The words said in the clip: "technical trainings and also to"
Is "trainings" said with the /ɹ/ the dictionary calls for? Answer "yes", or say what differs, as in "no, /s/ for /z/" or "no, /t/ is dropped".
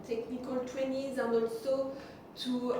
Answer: no, /w/ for /ɹ/